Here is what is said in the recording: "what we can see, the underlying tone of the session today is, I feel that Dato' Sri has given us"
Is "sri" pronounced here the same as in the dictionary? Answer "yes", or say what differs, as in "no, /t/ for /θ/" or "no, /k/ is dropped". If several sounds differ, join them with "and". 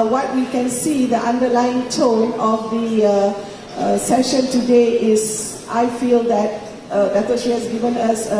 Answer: no, /ɹ/ is dropped